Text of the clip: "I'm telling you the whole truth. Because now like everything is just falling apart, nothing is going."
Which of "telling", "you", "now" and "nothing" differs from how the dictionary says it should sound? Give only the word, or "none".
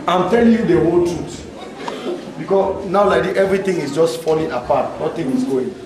nothing